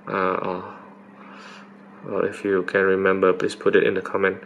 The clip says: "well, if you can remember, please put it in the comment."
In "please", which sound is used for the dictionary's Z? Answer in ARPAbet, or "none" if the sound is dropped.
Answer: S